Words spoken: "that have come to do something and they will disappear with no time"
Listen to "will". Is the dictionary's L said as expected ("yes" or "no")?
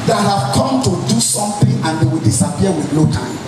yes